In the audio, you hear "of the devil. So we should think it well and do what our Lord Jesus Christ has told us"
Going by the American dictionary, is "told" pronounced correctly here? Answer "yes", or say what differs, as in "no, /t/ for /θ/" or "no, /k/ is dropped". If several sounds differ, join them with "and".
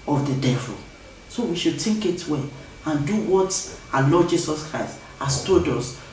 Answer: no, /l/ is dropped